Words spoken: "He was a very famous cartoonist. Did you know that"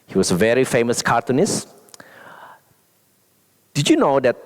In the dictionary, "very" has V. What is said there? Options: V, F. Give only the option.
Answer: V